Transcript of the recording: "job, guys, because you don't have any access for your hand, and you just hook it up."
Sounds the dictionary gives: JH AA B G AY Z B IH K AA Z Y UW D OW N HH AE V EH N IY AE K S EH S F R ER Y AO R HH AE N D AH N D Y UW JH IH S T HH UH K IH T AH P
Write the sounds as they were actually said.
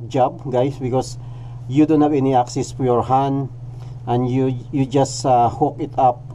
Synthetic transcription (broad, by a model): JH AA B G AY S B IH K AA S Y UW D OW N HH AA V EH N IY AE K S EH S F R Y AO R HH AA N AH N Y Y UW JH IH S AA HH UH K IH T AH P